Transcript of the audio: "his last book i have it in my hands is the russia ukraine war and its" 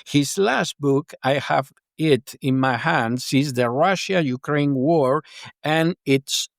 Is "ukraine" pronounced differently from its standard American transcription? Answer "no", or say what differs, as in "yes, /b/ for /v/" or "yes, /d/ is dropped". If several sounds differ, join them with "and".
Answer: no